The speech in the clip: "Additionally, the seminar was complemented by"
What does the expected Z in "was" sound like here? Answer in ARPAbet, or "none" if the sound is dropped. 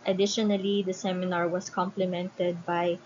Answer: S